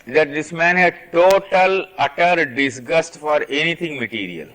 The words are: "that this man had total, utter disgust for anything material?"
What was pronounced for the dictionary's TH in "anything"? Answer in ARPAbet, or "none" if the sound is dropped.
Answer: T